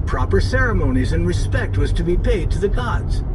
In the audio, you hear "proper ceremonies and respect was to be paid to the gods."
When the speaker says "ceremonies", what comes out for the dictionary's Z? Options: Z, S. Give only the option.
Z